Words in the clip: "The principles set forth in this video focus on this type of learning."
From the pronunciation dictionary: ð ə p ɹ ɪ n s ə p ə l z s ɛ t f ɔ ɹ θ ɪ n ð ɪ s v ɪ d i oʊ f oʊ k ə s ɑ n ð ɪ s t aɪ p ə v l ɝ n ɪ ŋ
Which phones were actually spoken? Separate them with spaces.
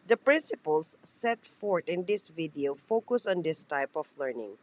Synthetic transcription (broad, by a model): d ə p ɹ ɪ n s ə p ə l s ɛ t f ɔ ɹ t ɪ n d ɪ s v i d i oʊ f oʊ k ə s ɑ n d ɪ s t aɪ p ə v l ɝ n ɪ ŋ